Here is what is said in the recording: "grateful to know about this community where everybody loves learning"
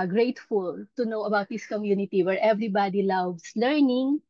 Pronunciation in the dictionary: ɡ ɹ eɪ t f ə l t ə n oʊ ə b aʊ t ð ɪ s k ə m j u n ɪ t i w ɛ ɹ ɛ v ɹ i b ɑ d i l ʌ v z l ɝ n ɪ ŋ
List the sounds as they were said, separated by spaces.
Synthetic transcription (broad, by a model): ɡ ɹ eɪ t f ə l t ə n oʊ ə b aʊ t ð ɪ s k ə m j u n ɪ t i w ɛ ɹ ɛ v ɹ i b ɑ d i l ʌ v s l ɝ n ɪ ŋ